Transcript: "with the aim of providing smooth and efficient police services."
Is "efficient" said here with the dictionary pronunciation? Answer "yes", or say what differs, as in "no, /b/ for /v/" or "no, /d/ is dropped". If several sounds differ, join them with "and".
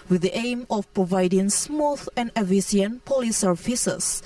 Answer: no, /ʃ/ is dropped